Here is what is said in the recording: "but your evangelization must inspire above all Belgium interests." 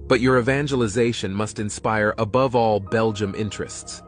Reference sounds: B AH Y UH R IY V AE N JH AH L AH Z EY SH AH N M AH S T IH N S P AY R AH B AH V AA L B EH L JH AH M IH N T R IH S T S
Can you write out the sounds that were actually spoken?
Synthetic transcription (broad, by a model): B AH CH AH R IY V AE N JH AH L AH Z EY SH AH N M AH S T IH N S P AY R AH B AH V AA L B EH L JH AH M IH N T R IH S T S